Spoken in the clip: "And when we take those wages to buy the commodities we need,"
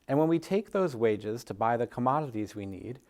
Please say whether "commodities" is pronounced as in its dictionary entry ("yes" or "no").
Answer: yes